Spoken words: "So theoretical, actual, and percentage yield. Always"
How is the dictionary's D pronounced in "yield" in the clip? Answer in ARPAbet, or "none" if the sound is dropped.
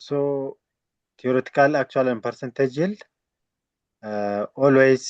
none